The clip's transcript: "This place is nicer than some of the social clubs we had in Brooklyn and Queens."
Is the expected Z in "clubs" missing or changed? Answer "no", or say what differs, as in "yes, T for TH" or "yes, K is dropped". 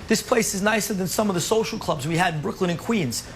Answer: no